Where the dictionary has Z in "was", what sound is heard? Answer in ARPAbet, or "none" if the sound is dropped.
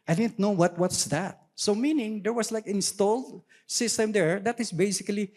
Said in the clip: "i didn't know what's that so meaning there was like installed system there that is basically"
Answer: S